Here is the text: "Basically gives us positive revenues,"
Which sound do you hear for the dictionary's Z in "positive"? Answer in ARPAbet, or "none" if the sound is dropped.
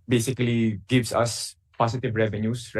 S